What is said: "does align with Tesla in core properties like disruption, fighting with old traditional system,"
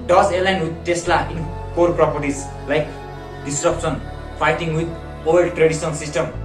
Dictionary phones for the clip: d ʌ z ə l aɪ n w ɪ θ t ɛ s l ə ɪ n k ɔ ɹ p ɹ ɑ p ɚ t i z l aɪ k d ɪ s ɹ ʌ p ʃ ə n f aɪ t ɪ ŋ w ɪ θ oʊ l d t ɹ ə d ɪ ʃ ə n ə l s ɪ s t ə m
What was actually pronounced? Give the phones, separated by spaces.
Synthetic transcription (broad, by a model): d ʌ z ə l aɪ n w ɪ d t ɛ s l ə ɪ n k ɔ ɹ p ɹ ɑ p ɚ t i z l aɪ k d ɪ s ɹ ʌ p s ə n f aɪ t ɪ ŋ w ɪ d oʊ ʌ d t ɹ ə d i s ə n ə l s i s t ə m